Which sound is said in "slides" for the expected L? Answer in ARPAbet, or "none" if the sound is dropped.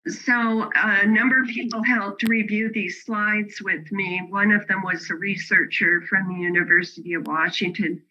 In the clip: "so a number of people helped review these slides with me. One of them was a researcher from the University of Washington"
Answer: L